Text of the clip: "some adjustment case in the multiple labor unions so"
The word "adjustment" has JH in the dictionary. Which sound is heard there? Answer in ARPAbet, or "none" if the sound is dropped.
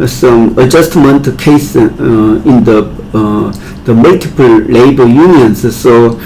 JH